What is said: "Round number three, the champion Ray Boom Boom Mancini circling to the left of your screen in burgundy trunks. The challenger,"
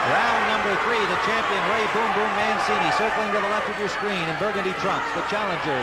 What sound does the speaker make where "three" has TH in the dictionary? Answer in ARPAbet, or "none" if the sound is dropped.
TH